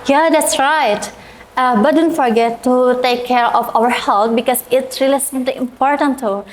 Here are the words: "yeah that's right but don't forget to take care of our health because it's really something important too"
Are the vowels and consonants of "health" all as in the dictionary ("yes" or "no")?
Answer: no